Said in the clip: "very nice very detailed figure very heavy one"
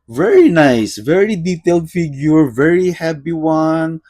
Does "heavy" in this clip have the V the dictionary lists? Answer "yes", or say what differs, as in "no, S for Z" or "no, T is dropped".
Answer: no, P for V